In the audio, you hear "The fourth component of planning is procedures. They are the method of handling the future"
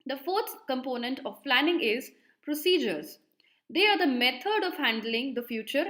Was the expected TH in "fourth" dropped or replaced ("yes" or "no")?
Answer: yes